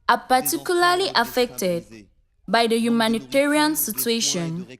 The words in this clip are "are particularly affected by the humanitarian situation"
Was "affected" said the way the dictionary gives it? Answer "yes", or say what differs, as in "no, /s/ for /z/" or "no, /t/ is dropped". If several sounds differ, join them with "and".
yes